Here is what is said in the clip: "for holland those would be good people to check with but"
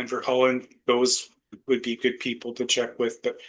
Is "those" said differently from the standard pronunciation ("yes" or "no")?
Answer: no